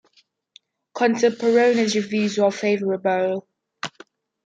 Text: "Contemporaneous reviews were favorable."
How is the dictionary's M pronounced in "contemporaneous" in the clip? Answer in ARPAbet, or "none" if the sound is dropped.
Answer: none